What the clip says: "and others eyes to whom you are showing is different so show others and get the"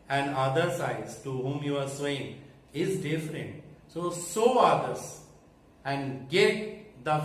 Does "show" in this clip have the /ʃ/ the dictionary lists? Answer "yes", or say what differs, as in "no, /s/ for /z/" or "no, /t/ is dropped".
no, /s/ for /ʃ/